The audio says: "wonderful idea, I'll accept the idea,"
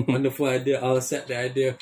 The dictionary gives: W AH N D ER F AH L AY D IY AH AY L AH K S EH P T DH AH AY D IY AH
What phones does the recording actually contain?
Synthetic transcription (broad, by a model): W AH N D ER F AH L AY D IY AH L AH S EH T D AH AY D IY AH